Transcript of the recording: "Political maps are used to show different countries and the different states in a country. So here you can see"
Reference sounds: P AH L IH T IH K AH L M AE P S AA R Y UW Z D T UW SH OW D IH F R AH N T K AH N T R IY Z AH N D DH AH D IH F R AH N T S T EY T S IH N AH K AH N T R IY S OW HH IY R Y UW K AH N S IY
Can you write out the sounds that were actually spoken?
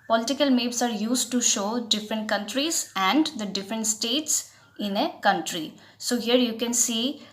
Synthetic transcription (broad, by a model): P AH L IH T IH K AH L M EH B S AA R Y UW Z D T UW SH OW D IH F R AH N T K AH N T R IY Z AH N D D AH D IH F R AH N T S T EY T S IH N AH K AH N T R IY S OW HH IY R Y UW K AH N S IY